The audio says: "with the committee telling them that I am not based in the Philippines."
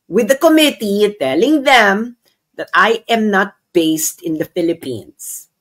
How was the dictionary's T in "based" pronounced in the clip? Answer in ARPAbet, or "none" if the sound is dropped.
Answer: T